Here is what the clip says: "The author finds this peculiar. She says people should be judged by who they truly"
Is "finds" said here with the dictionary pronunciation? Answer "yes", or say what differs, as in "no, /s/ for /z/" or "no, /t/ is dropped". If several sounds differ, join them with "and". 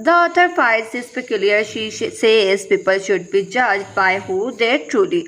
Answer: no, /n/ is dropped